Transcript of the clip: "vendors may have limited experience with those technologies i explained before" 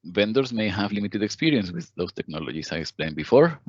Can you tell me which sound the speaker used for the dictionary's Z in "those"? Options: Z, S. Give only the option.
S